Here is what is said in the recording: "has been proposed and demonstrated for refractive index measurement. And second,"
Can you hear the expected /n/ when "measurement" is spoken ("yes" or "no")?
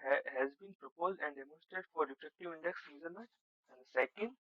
no